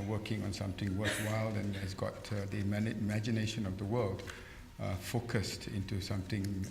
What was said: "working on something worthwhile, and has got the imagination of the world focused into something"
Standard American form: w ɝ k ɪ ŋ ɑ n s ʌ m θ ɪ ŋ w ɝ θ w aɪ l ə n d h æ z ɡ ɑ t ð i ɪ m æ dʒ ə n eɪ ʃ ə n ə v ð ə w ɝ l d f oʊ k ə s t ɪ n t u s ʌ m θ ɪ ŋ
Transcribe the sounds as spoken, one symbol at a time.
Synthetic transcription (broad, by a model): w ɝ k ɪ ŋ ɑ n s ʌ m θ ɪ ŋ w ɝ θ w aɪ l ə n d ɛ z ɡ ɑ t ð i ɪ m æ dʒ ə n eɪ ʃ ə n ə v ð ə w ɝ l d f oʊ k ə s t ɪ n t u s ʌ m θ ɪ ŋ